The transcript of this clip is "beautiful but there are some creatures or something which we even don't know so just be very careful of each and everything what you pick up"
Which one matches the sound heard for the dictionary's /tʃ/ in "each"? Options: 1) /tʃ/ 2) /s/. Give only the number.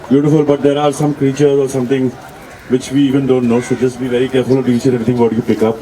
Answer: 2